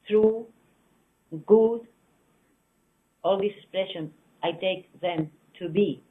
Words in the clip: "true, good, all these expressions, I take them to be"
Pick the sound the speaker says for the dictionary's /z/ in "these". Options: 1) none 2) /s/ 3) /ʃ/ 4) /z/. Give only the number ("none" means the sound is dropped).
2